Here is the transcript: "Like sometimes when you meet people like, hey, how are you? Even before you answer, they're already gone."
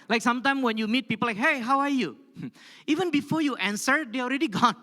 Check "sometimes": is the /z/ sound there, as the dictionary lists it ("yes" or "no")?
no